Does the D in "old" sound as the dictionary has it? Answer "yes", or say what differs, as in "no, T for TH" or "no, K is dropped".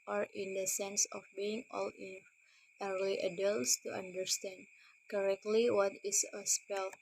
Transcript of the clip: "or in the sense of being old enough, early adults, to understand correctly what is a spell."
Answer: no, D is dropped